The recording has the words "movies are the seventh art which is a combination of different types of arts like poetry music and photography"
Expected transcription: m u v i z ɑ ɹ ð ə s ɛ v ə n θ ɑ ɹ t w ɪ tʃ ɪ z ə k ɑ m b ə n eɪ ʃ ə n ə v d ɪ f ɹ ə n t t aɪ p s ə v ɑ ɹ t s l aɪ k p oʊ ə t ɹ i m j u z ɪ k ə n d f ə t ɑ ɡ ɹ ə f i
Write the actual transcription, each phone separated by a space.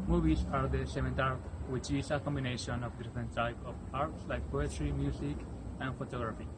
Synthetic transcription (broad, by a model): m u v i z ɑ ɹ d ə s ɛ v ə n t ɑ ɹ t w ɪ tʃ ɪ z ə k ɑ m b ə n eɪ ʃ ə n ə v d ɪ f ɹ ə n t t aɪ p ə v ɑ ɹ t s l aɪ k p oʊ ə t ɹ i m j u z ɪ k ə n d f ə t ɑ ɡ ɹ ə f i